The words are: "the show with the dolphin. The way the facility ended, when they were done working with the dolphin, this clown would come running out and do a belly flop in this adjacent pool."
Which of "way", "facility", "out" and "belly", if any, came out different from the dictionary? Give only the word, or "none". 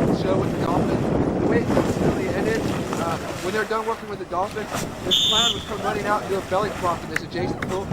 facility